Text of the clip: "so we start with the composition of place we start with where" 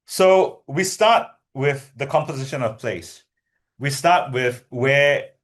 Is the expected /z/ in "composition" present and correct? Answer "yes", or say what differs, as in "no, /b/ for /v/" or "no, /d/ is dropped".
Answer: yes